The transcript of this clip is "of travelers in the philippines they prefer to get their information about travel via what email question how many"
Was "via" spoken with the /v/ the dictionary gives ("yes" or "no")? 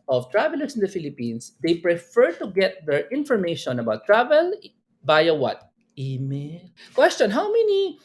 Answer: no